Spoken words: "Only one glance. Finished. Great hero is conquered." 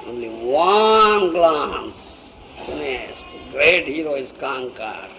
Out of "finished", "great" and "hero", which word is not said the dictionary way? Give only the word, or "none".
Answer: finished